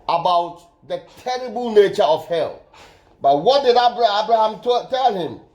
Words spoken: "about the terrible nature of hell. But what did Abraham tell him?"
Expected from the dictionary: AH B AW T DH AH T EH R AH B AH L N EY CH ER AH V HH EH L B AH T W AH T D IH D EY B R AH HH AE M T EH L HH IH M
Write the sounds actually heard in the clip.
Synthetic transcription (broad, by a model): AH B AW T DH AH T EH R AH B AH L N EY CH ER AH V HH EH L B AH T W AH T D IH D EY B R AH HH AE M T EH L HH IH M